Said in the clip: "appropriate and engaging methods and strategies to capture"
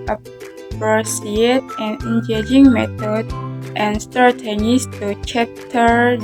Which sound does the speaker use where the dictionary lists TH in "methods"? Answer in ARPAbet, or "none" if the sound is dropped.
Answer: T